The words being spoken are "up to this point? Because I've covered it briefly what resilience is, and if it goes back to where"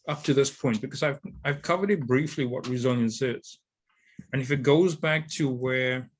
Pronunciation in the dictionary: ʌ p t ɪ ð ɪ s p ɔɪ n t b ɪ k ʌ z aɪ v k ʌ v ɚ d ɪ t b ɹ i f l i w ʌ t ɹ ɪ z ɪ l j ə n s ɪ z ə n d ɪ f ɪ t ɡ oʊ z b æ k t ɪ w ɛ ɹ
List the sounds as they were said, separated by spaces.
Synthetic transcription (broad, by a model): ʌ p t ɪ ð ɪ s p ɔɪ n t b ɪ k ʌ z aɪ v k ʌ v ɚ d ɪ t b ɹ i f l i w ʌ t ɹ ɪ z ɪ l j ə n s ɪ z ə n ɪ f ɪ t ɡ oʊ z b æ k t ɪ w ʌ ɹ